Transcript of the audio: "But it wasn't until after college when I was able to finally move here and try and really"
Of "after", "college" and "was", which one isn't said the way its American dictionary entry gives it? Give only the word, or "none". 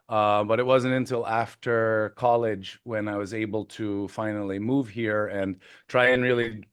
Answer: none